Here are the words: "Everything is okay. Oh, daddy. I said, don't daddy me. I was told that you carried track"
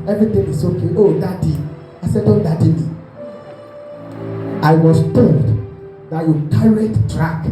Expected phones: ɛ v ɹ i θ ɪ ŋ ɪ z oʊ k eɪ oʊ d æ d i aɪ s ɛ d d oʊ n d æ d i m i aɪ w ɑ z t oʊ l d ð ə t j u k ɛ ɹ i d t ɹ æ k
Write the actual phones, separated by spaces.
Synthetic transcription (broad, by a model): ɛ v ɹ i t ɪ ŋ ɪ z oʊ k eɪ oʊ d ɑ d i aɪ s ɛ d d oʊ l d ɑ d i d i aɪ w ɑ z t oʊ l d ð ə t j u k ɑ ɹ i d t ɹ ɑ k